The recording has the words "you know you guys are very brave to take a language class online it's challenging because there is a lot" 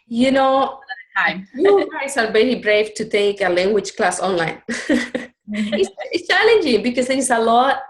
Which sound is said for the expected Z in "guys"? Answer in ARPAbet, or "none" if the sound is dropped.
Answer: S